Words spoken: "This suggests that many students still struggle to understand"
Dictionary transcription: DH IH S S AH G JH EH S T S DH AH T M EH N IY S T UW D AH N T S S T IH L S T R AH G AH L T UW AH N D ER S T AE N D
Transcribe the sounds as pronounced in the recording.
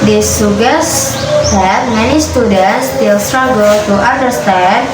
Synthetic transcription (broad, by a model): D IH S S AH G EH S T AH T M EH N IY S T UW D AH N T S S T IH L S T R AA G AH L T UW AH N D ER S T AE N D